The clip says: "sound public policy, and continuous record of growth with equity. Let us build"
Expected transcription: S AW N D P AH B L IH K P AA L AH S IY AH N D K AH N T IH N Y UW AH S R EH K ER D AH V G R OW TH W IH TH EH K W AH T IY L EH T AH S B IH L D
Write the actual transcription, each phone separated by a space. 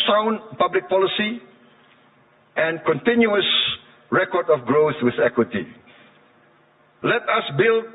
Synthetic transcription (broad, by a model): S AW N P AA B L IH K P AA L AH S IY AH N K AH N T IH N Y UW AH S R EH K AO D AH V G R OW TH W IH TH EH K W AH T IY L EH T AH S B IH L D